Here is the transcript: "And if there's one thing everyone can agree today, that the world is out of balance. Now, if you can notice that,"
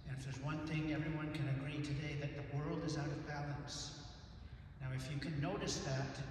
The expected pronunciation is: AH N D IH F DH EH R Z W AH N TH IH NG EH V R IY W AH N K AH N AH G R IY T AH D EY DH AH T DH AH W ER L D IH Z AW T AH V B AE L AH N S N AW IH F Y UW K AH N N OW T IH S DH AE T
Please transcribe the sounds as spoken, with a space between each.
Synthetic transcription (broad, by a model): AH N IH F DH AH R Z W AH N TH IH NG EH V R IY W AH N K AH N AH G R IY T AH D EY DH AH T DH AH W ER L D IH Z AW T AH V B AE L AH N S N AW IH F Y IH K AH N N OW T IH S DH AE T